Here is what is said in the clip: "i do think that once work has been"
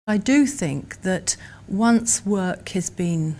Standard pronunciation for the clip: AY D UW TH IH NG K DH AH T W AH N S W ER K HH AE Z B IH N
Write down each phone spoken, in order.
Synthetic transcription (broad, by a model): AY D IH TH IH NG K DH AH T W AH N S W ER K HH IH Z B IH N